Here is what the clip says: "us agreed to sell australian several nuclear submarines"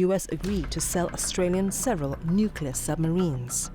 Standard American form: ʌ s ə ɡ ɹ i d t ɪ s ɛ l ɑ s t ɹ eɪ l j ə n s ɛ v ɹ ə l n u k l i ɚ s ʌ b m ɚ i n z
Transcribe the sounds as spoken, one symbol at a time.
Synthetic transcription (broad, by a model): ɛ s ə ɡ ɹ i d t ɪ s ɛ l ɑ s t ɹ eɪ l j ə n s ɛ v ɹ ə l n u k l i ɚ s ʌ b m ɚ i n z